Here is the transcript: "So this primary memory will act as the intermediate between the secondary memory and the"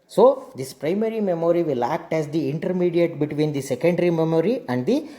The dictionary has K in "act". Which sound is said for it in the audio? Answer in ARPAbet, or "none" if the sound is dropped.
K